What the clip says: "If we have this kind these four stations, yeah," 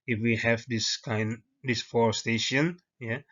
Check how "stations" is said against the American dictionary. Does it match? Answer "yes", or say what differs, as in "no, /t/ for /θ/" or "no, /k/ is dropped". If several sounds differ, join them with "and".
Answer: no, /z/ is dropped